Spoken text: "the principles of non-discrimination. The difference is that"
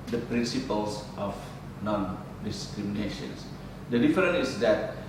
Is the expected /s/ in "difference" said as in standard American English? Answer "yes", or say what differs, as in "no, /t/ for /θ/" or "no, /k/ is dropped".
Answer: no, /s/ is dropped